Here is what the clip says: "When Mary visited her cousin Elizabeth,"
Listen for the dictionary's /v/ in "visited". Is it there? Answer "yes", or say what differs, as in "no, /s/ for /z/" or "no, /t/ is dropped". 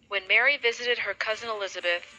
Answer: yes